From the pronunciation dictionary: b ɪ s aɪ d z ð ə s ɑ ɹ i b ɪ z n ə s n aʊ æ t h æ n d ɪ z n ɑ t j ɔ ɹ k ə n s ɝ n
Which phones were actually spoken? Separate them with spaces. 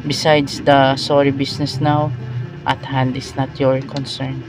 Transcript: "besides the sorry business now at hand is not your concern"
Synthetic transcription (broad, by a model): b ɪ s aɪ d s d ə s ɑ ɹ i b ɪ s n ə s n aʊ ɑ t h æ n d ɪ s n ɑ t j ɔ ɹ k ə n s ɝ n